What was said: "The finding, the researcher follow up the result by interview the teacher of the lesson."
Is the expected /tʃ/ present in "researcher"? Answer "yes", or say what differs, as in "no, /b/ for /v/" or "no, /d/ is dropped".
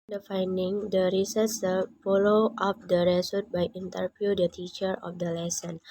no, /s/ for /tʃ/